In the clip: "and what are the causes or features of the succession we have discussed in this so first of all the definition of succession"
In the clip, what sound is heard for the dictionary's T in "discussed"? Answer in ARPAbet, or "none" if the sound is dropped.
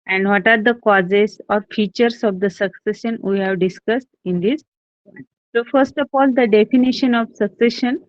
T